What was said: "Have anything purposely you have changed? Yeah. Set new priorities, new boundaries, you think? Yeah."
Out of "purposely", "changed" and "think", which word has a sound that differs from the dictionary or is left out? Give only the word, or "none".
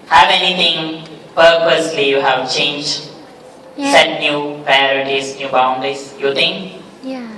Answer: think